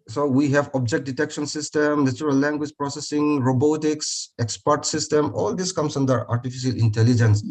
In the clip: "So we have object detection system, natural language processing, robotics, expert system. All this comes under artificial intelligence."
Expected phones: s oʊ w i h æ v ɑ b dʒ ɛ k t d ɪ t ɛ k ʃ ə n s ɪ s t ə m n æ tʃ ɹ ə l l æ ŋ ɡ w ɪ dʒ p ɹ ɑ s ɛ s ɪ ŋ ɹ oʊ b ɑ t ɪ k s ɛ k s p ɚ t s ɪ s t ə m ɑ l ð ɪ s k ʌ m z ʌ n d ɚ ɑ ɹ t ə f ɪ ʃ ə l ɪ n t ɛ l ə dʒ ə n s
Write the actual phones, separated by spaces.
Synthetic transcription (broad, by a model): s oʊ w i h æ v ɑ b dʒ ɛ k t d ɪ t ɛ k ʃ ə n s ɪ s t ə m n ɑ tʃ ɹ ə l l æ ŋ ɡ w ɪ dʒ p ɹ ɑ s ɛ s ɪ ŋ ɹ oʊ b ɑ t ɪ k s ɛ k s p ɚ t s ɪ s t ə m ɑ l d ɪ s k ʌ m s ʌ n d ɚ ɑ ɹ t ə f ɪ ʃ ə l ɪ n t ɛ l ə dʒ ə n s